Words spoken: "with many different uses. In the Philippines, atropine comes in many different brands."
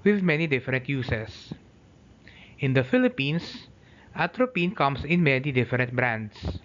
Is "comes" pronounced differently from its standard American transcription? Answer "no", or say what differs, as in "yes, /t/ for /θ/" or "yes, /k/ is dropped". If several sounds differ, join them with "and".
yes, /s/ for /z/